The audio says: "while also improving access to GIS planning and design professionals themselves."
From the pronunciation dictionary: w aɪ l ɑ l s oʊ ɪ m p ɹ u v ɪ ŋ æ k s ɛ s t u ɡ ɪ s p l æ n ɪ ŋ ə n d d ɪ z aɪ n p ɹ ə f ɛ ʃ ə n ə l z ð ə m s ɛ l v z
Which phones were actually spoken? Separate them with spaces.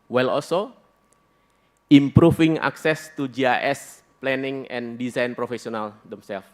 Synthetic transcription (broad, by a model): w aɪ l ɑ l s oʊ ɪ m p ɹ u f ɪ ŋ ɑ k s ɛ s t u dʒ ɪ s p l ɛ n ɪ ŋ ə n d d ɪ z aɪ n p ɹ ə f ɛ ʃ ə n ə l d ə m s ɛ l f